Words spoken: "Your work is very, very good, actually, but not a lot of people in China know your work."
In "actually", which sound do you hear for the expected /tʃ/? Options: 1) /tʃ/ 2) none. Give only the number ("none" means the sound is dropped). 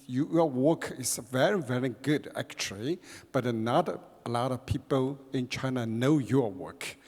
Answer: 1